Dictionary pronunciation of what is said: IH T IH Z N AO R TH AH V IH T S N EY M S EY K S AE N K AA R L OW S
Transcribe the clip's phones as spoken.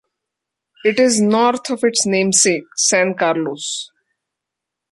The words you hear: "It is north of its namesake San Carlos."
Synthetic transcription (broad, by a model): IH T IH Z N AO R T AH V IH T S N EY M S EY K S AE N K AA R L OW S